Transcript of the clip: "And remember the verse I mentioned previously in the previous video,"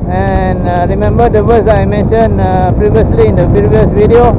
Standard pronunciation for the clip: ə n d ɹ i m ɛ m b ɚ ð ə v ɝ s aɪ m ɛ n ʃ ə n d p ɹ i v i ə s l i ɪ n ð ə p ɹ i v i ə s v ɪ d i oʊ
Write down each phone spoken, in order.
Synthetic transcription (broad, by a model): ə n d ɹ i m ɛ m b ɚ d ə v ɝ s aɪ m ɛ n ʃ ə n p ɹ i v i ə s l i ɪ n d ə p i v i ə s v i d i oʊ